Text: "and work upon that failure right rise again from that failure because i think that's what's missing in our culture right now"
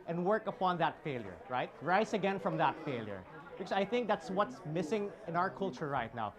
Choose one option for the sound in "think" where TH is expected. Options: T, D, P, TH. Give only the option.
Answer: TH